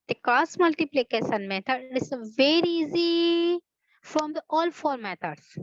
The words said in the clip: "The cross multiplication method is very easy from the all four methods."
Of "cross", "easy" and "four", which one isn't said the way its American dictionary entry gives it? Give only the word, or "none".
cross